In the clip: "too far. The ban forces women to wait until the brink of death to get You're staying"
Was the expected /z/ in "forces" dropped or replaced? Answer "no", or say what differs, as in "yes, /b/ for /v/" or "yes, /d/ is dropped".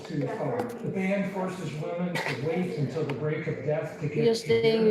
no